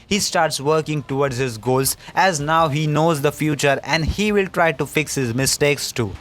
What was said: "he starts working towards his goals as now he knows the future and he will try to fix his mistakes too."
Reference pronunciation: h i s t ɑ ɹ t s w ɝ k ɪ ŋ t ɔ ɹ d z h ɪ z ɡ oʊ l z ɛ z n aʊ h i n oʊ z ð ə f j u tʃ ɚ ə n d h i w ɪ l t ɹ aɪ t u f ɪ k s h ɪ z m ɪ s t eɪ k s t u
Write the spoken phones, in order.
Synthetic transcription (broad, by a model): h i s t ɑ ɹ t s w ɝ k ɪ ŋ t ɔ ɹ d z h ɪ z ɡ oʊ l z ɛ z n aʊ h i n oʊ z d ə f j u tʃ ɚ ə n d h i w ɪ l t ɹ aɪ t u f ɪ k s h ɪ z m ɪ s t eɪ k s t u